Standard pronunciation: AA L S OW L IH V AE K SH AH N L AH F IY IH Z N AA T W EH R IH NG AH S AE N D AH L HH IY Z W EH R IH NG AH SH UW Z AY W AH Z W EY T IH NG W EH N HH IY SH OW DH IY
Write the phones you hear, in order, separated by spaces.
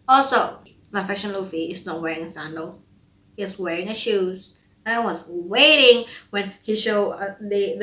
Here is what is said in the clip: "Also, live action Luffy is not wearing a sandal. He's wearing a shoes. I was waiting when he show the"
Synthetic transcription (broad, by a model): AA L S OW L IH F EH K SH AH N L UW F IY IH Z N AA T W EH R IH NG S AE N D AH L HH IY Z W EH R IH NG AH SH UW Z AY W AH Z W EY T IH NG W EH N HH IY SH OW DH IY